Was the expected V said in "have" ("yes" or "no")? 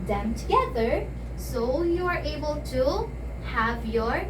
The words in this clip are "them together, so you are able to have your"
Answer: yes